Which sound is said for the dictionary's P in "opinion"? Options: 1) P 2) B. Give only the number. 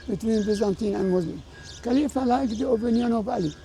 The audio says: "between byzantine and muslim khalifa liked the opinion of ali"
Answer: 2